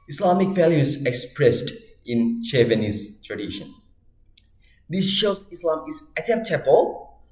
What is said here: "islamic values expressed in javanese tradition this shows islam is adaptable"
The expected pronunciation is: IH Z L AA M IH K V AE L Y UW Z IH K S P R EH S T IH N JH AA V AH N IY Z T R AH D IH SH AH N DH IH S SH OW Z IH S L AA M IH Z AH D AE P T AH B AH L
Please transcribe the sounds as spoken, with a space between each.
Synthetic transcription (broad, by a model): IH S L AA M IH K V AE L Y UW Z IH K S P R EH S T IH N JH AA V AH N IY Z T R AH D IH SH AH N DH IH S SH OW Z IH S L AA M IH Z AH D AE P T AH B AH L